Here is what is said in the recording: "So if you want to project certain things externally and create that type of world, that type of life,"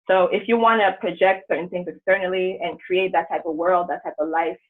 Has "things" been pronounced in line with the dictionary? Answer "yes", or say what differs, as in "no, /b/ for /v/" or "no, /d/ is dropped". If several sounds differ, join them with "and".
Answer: yes